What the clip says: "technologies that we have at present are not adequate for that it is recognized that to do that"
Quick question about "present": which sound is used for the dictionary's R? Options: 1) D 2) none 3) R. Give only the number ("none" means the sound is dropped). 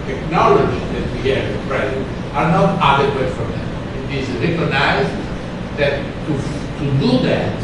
3